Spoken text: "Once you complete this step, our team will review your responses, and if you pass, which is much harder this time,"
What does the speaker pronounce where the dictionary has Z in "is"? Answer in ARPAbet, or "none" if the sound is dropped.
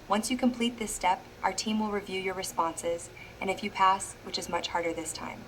Z